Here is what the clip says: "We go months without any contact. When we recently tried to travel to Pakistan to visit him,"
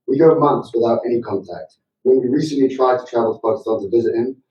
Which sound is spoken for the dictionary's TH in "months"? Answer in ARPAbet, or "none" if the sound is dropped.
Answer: TH